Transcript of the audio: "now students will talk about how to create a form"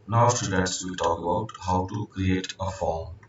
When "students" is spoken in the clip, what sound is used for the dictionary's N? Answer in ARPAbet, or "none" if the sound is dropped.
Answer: none